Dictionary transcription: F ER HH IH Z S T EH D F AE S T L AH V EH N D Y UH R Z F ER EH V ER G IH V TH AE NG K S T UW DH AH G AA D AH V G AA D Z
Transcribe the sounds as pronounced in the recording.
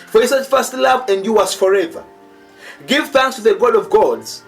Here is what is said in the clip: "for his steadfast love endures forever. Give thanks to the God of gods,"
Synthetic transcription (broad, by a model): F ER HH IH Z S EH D F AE S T L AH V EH N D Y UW W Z F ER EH V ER G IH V TH AE NG K S T UW DH AH G AA D AH V G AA D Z